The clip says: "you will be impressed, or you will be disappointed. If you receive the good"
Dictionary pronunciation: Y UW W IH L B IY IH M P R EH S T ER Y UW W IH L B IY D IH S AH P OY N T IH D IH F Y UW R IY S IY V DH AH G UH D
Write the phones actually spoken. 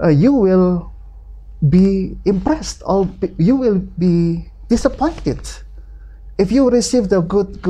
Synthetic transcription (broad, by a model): Y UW W IH L B IY IH M P R EH S T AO Y UW W IH L B IY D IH S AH P OY N T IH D IH F Y UW R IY S IY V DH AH G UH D